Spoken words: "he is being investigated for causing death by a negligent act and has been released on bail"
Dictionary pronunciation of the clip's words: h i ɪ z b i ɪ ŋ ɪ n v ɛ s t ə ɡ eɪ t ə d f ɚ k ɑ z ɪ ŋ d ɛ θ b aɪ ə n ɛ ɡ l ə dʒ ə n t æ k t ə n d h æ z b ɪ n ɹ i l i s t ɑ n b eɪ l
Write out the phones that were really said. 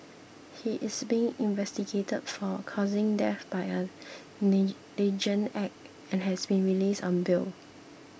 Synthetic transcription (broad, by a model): h i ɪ s b i ɪ ŋ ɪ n v ɛ s t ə ɡ eɪ t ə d f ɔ k ɑ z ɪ ŋ d ɛ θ b aɪ ə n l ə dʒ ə n ɛ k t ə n h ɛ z b ɪ n ɹ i l i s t ɑ n b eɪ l